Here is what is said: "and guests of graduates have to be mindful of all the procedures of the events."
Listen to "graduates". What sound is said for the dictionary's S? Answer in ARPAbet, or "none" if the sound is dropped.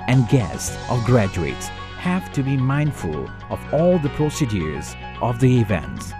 S